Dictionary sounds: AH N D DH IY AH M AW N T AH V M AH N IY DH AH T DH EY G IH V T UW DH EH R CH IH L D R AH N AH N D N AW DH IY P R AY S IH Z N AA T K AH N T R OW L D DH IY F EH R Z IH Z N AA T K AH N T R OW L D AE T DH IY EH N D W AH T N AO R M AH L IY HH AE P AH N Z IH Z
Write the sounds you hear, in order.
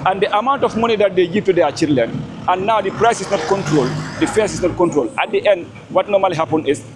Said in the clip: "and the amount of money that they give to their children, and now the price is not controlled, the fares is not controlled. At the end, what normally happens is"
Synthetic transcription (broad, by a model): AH N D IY AH M AW N T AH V M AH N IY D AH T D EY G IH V T UW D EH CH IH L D L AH N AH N N AW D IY P R AY S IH S N AA T K AH N T R OW L D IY F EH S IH S N AA T K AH N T R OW L AA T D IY EH N D W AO T N AO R M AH L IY HH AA P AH N IH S